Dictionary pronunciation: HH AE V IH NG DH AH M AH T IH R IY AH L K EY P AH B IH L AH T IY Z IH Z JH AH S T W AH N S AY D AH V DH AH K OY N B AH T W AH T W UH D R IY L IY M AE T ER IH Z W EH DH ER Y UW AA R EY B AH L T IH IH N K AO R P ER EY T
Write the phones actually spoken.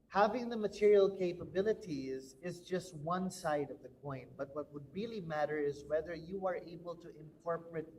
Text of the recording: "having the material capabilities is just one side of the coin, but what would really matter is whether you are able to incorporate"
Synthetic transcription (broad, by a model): HH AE V IH NG DH AH M AH T IH R IY AH L K EY P AH B IH L AH T IY Z IH Z JH AH S T W AH N S AY D AH V DH AH K OY N B AH T W AH T W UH D R IY L IY M AE T ER IH Z W EH DH ER Y UW AA R EY B AH L T IH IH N K AO R P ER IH T